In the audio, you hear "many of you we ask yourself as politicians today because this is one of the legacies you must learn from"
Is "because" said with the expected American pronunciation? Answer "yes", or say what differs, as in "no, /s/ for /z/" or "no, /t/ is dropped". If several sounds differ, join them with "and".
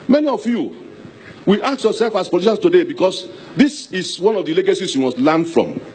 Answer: no, /s/ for /z/